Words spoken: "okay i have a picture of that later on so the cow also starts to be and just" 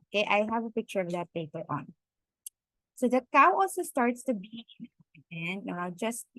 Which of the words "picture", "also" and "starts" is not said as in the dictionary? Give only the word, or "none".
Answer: none